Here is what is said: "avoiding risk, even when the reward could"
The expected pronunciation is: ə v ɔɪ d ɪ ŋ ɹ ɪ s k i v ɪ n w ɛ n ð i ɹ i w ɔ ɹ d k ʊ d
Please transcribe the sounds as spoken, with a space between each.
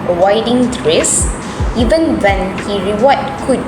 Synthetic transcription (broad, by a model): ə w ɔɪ d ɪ ŋ ɹ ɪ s i v ɪ n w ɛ n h i ɹ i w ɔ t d k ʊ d